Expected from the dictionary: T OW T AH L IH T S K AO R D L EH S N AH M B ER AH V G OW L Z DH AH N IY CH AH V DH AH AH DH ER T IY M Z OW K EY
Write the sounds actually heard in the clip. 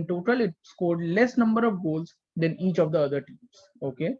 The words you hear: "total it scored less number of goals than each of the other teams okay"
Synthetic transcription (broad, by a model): T OW T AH L IH T S K AO R D L EH S N AH M B ER AH V G OW L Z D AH N IY CH AH V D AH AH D ER T IY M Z OW K EY